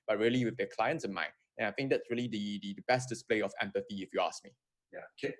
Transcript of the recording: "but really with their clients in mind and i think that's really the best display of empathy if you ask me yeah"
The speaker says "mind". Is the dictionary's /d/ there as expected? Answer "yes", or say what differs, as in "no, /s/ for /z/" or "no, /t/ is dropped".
no, /d/ is dropped